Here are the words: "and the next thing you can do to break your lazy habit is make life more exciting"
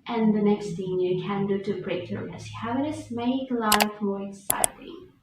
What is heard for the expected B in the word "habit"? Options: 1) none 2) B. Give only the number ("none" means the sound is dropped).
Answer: 1